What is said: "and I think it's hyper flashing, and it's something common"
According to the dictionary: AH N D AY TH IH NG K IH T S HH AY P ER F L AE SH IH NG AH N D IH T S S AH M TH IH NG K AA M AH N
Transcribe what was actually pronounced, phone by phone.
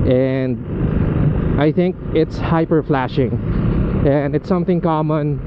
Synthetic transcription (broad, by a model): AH N AY TH IH NG K IH T S HH AY P ER F L AE SH IH NG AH N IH T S S AH M TH IH NG K AA M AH N